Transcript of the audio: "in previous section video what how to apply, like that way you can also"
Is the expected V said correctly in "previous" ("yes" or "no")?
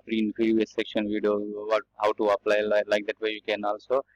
no